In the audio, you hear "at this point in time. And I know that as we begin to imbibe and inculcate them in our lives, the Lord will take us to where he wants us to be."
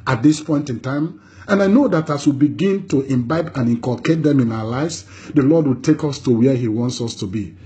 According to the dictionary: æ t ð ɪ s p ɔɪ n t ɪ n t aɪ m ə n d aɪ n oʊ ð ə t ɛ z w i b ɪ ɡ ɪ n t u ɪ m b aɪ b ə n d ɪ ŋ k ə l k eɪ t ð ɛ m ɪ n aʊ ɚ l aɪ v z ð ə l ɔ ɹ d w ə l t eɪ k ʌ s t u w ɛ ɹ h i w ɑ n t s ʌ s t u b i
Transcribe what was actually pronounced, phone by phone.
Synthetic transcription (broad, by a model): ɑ t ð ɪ s p ɔɪ n t ɪ n t aɪ m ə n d aɪ n oʊ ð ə t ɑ s w i b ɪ ɡ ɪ n t u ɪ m b aɪ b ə n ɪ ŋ k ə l k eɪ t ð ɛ m ɪ n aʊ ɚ l aɪ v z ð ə l ɔ d w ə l t eɪ k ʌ s t u w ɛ h i w ɑ n t s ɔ s t u b i